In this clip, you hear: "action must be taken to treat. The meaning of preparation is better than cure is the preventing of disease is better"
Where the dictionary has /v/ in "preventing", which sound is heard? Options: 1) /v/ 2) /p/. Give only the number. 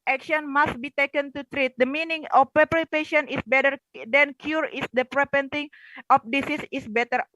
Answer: 2